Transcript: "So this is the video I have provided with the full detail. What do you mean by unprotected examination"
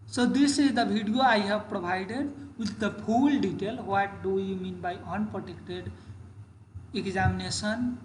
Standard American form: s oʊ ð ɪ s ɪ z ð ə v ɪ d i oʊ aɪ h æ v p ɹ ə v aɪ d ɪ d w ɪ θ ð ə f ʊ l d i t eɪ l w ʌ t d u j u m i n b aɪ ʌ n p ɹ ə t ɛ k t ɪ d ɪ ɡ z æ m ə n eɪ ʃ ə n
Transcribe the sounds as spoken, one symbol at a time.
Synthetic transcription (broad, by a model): s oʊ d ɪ s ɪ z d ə b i d i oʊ aɪ h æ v p ɹ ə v aɪ d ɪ d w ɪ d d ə p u l d i t eɪ l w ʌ t d u j u m i n b aɪ ʌ n p ɹ ə t ɛ k t ɪ d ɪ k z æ m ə n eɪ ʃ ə n